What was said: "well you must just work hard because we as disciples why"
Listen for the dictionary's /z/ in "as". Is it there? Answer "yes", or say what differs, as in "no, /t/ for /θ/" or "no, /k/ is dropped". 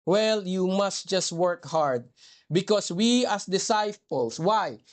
no, /s/ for /z/